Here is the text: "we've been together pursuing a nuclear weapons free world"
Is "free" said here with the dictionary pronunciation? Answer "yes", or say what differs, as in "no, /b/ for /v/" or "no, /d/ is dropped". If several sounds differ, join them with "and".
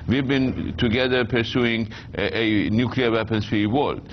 no, /ɹ/ is dropped